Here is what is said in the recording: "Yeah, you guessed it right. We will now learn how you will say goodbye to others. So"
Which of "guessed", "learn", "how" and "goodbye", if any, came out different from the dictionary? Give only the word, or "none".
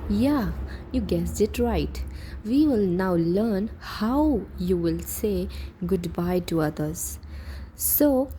guessed